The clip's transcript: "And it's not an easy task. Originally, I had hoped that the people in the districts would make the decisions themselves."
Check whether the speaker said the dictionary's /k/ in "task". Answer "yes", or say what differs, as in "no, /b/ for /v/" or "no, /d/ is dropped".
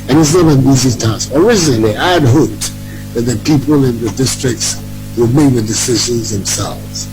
no, /k/ is dropped